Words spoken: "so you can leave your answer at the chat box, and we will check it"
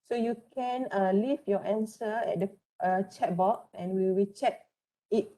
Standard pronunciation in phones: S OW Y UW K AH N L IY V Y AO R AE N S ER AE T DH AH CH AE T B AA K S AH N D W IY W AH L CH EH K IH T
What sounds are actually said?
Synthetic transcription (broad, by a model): S OW Y UW K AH N L IY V Y AO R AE N S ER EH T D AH CH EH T B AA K AH N W IY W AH CH EH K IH T